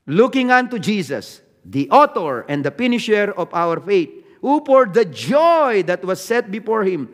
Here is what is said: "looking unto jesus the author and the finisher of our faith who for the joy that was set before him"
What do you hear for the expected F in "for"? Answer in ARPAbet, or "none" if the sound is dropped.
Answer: P